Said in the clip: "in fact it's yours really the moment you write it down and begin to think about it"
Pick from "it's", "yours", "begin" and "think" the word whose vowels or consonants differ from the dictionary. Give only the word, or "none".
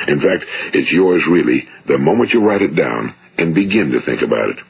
none